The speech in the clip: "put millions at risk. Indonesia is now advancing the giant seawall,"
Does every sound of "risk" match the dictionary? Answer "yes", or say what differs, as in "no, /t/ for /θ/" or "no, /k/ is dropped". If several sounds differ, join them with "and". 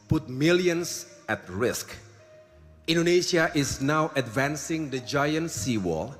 yes